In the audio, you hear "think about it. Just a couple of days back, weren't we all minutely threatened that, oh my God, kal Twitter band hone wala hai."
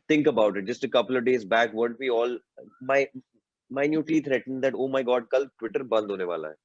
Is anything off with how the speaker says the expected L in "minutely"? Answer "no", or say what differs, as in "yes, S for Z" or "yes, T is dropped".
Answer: yes, L is dropped